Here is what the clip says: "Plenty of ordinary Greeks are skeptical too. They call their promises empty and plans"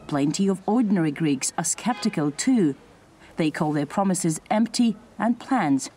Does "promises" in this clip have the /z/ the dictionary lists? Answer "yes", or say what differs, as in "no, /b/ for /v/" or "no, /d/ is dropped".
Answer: yes